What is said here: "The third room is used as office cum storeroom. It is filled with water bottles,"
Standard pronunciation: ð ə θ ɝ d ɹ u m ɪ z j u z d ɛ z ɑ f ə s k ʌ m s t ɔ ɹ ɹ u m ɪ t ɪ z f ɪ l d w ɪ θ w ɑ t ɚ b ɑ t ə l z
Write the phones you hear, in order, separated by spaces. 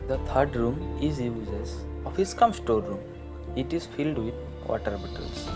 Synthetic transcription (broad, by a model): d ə t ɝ d ɹ u m ɪ z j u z ɛ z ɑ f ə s k ʌ m s t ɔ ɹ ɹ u m ɪ t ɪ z f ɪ l d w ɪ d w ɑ t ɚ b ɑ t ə l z